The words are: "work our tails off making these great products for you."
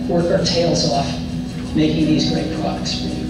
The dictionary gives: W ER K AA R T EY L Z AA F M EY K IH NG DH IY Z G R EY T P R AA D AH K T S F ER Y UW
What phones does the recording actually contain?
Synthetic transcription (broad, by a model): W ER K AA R T EY L Z AA F M EY K IH NG DH IY Z G R EY T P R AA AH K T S